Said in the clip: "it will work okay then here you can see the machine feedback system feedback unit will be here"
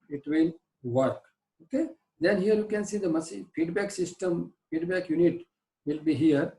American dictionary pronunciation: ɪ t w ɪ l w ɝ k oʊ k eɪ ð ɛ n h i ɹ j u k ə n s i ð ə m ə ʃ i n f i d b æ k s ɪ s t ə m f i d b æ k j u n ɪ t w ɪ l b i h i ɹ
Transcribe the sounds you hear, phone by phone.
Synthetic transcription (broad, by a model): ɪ t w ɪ l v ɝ k oʊ k eɪ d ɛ n h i ɹ j u k ə n s i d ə m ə s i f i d b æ k s ɪ s t ə m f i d b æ k j u n ɪ t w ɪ l b i h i ɹ